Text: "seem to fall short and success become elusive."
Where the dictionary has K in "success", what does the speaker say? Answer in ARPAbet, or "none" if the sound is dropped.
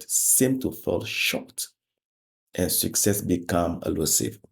K